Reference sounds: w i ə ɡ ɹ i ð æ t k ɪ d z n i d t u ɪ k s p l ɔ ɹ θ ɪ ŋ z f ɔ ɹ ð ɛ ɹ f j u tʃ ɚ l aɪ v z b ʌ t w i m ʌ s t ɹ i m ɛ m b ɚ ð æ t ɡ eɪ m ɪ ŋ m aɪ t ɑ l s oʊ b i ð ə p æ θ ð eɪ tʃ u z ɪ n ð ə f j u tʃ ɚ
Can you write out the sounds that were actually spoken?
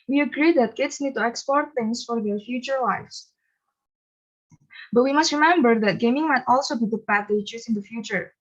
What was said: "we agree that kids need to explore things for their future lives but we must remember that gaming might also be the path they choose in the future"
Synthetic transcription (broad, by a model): w i ə ɡ ɹ i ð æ t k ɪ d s n i d t u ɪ k s p ɔ ɹ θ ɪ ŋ s f ɔ ɹ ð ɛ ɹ f j u tʃ ɚ l aɪ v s b ʌ t w i m ʌ s t ɹ i m ɛ m b ɚ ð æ t ɡ eɪ m ɪ ŋ m aɪ t ɑ l s oʊ b i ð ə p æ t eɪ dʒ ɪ s ɪ n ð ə f j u tʃ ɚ